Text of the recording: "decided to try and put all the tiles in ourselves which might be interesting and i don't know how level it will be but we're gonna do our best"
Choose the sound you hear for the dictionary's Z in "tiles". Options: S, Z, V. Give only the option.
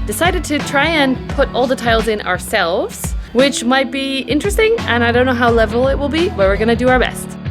Z